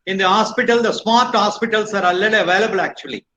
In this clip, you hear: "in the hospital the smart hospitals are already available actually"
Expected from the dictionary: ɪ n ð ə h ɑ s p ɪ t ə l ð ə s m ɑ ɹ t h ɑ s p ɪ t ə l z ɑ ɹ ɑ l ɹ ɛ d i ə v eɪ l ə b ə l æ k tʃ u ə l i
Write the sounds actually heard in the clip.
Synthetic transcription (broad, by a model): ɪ n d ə h ɑ s p ɪ t ə l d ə s m ɑ ɹ t h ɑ s p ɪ t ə l s ɑ ɹ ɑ l ɛ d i ə v eɪ l ə b ə l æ k tʃ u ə l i